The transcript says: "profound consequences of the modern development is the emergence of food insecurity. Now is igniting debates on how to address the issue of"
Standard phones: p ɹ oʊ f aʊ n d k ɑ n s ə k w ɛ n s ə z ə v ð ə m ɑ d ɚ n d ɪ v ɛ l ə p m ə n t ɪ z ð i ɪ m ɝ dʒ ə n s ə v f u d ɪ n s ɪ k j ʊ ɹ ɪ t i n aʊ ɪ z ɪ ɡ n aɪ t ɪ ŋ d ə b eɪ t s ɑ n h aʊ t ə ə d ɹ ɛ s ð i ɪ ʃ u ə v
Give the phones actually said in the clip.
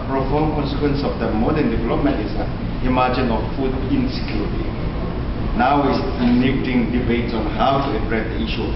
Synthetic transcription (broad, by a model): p ɹ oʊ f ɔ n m k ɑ n s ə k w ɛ n s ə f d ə m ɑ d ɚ n d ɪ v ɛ l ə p m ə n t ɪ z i m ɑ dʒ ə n ə f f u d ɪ n s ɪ k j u ɹ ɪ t i n aʊ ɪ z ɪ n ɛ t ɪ ŋ d ə b eɪ t s ɑ n h aʊ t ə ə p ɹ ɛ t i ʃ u